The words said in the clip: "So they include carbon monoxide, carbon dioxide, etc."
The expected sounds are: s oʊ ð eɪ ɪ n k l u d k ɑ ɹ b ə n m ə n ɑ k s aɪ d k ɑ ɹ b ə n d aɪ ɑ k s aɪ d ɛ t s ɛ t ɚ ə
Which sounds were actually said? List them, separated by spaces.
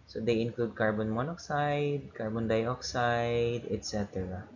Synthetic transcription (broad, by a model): s oʊ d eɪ ɪ n k l u d k ɑ ɹ b ə n m ə n ɑ k s aɪ d k ɑ ɹ b ə n d aɪ ɑ k s aɪ d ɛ t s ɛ t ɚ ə